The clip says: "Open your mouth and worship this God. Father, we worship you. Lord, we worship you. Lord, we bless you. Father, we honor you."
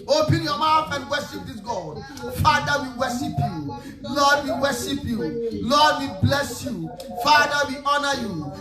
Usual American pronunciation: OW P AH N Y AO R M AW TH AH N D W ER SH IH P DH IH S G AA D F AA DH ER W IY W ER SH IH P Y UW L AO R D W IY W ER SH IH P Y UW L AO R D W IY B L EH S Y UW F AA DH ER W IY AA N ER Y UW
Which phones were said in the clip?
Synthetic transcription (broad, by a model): OW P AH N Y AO M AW F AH N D W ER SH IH P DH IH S G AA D F AA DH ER W IY W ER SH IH P Y UW L AO D W IY W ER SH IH P Y UW L AO D W IY B L EH S Y UW F AA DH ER W IY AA N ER Y UW